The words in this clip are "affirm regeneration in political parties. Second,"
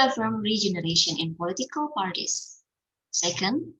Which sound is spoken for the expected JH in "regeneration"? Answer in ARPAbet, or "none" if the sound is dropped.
JH